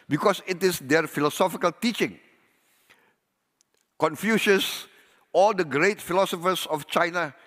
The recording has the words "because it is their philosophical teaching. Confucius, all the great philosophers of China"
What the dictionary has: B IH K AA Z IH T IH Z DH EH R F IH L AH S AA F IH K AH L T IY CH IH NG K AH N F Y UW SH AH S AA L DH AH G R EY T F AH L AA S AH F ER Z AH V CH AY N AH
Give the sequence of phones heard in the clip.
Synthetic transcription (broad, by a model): B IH K AA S IH T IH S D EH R F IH L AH S AA F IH K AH L T IY CH IH NG K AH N F Y UW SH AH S AA L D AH G R EY T F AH L AA S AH F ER S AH F CH AY N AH